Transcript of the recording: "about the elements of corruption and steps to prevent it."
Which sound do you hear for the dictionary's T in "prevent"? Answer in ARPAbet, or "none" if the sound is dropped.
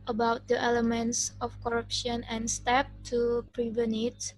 none